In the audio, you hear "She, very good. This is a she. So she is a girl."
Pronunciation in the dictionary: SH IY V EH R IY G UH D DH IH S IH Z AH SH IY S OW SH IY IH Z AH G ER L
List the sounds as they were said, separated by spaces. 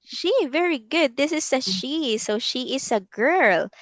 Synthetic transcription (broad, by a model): SH IY V EH R IY G UH D DH IH S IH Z AH SH IY S OW SH IY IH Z AH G ER L